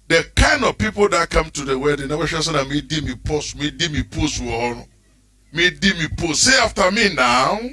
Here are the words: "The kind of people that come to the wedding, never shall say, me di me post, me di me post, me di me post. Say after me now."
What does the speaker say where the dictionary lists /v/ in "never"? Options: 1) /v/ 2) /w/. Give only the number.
2